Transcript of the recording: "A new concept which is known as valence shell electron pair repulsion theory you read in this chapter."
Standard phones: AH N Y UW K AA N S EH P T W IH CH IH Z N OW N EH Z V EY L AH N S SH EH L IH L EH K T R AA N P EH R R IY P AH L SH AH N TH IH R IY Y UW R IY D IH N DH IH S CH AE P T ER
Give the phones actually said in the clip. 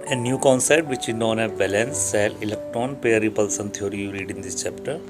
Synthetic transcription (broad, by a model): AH N Y UW K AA N S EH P T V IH CH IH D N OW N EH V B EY L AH N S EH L IH L EH K T R AA N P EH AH R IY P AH L S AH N T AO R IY Y UW R IY D IH N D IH S CH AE P T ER